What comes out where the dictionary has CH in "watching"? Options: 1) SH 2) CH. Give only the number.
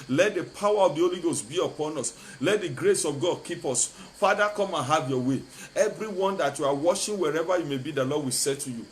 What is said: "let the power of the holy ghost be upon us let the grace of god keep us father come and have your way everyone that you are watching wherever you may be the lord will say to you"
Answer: 1